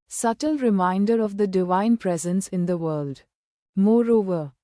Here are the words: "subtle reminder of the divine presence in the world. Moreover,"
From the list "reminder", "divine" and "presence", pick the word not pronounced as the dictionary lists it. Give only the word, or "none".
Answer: none